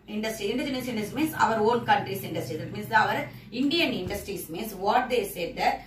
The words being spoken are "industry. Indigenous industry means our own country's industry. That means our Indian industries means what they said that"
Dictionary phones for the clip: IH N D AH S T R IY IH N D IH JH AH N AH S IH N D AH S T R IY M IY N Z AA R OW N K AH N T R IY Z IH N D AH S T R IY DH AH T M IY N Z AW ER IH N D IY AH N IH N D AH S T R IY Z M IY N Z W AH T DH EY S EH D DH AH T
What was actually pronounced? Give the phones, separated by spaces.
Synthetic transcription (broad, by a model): IH N D AH S T R IY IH N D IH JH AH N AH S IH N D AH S M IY N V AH R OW L K AH N T R IY S IH N D AH S T R IY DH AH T M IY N S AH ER IH N D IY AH N IH N D AH S T R IY S M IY N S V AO T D EY S EH D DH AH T